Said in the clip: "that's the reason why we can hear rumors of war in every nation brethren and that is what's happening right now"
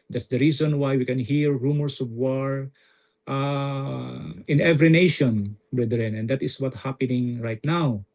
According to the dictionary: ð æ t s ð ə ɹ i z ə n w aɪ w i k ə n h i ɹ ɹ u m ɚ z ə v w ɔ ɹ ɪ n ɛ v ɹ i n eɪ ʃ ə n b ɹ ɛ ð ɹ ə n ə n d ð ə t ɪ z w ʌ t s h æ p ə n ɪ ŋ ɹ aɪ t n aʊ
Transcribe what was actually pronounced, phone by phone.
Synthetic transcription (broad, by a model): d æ t s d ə ɹ i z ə n w aɪ w i k ə n h i ɹ ɹ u m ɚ s ə v w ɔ ɹ ɪ n ɛ v ɹ i n eɪ ʃ ə n b ɹ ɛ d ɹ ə n ə n d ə t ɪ s w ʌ t h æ p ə n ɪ ŋ ɹ aɪ t n aʊ